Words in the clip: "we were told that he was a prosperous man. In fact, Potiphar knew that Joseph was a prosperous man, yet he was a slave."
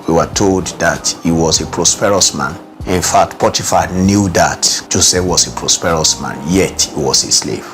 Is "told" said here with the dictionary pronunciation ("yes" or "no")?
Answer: yes